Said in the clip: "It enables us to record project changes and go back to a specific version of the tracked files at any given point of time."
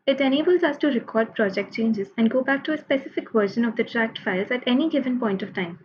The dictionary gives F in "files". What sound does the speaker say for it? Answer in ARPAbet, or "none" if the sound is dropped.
F